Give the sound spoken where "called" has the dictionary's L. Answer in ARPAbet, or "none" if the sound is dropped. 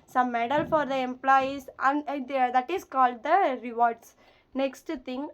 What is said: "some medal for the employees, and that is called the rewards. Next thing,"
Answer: L